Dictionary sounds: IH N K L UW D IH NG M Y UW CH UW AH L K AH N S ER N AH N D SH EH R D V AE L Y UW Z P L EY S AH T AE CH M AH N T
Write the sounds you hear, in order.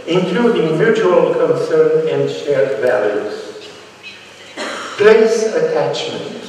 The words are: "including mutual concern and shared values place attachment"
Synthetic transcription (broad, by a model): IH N K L UW D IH NG M Y UW CH UW AH L K AH N S ER N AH N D SH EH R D V AE L Y UW Z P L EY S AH T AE CH M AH N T